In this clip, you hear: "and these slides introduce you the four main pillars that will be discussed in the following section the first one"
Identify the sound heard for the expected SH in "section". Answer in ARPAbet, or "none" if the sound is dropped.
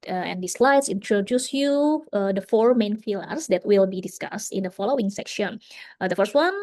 SH